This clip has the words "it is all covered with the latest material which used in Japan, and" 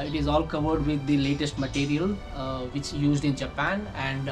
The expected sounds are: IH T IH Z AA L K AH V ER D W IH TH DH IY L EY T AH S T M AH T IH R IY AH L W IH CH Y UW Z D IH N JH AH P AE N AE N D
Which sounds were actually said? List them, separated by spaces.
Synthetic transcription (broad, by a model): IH T IH Z AA L K AH V ER D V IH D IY L EY T AH S T M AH T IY R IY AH L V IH CH Y UW Z D IH N JH AH P AE N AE N D